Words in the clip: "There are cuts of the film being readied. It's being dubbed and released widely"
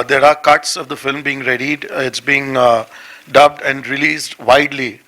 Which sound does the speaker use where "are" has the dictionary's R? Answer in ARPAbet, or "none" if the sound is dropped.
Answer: R